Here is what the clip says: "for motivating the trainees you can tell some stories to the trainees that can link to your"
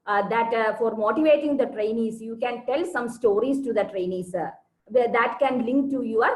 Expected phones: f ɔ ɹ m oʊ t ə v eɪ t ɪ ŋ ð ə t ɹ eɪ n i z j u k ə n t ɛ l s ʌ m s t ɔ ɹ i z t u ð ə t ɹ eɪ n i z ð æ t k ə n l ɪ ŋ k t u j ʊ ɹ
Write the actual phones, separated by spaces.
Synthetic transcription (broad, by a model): f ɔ ɹ m oʊ t ə v eɪ t ɪ ŋ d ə t ɹ eɪ n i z j u k ə n t ɛ l s ʌ m s t ɔ ɹ i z t u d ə t ɹ eɪ n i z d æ t k ə n l ɪ ŋ k t u j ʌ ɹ